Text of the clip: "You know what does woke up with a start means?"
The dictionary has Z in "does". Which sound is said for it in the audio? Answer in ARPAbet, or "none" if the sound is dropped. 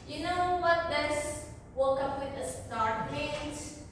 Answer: S